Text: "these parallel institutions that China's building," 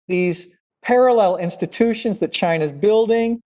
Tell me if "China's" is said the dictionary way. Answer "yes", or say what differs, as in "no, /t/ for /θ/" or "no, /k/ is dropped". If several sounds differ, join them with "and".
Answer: yes